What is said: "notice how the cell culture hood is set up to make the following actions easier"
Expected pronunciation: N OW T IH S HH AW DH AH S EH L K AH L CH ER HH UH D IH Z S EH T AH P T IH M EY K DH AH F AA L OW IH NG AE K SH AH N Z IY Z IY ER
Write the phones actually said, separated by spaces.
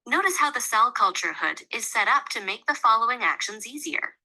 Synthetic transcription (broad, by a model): N OW T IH S HH AW DH AH S EH L K AH L CH ER HH UH D IH Z S EH T AH P T IH M EY K DH AH F AA L OW IH NG AE K SH AH N Z IY Z IY ER